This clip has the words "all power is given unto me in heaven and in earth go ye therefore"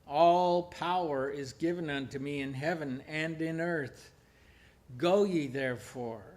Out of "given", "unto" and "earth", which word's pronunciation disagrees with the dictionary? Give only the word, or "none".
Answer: none